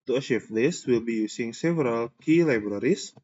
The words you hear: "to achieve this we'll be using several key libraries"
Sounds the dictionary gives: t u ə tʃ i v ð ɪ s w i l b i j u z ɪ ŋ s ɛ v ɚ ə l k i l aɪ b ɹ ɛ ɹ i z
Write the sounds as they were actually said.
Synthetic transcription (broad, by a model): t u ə ʃ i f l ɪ s w i l b i j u s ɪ ŋ s ɛ v ɚ ə l k i l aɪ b ɹ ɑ ɹ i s